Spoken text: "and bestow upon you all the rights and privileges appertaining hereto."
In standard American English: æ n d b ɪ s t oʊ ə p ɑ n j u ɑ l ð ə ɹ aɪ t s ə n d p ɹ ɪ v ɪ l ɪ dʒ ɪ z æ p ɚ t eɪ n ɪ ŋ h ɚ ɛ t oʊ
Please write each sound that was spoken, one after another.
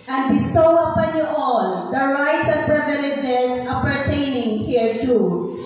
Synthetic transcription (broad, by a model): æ n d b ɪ s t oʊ ə p ɑ n j u ɑ l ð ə ɹ aɪ t s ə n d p ɹ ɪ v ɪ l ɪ dʒ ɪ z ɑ p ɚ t eɪ n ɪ ŋ h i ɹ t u